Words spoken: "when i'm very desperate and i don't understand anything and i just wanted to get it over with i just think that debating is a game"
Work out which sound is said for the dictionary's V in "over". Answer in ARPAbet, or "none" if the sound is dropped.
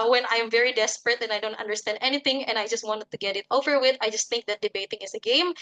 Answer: V